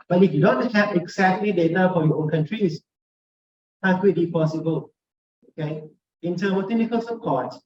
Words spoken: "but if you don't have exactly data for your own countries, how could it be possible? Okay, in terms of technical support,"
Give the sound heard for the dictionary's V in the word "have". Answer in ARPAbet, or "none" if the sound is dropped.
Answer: P